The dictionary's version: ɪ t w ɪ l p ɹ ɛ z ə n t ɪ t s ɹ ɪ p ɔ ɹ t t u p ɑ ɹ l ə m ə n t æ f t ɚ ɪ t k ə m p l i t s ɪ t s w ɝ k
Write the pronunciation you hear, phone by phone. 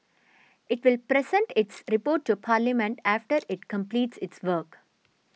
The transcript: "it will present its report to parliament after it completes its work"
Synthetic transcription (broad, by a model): ɪ t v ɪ l p ɹ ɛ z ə n t ɪ t s ɹ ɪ p ɔ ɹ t t u p ɑ ɹ l ə m ə n t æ f t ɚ ɪ t k ə m p l i t s ɪ t s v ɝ k